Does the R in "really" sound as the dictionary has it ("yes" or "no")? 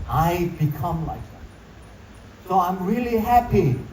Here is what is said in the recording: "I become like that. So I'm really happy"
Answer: yes